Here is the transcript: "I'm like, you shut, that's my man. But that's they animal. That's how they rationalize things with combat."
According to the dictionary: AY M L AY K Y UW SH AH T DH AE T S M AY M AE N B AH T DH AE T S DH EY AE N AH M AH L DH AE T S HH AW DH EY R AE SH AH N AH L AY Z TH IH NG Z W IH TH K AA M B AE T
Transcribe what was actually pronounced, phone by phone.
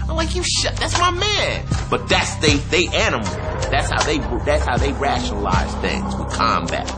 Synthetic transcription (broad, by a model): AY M L AY K Y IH SH AH T DH AE T S M AY M AE N B AH T DH AE T S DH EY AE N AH M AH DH DH AE T S HH AW DH EY R AE SH AH N AH L AY Z TH IH NG Z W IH K AA M B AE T